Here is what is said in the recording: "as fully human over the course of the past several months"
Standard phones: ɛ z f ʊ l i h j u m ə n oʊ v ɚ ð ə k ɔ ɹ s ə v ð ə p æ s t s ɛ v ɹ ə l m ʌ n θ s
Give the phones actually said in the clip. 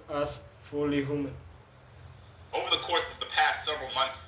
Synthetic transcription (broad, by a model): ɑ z f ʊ l i h j u m ə n oʊ v ɚ ð ə k ɔ ɹ s ə v ð ə p æ s t s ɛ v ɹ ə l m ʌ n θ s